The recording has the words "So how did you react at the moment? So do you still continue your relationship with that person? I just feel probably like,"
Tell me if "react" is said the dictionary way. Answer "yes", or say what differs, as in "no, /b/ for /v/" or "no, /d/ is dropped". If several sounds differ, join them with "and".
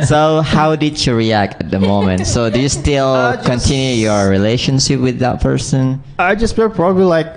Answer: yes